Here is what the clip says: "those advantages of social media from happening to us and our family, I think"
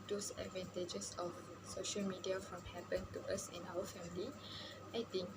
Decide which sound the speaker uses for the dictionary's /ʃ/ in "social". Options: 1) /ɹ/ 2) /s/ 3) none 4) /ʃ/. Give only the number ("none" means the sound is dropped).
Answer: 4